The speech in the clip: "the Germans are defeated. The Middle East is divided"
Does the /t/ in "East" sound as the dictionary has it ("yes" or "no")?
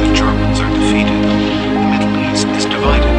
no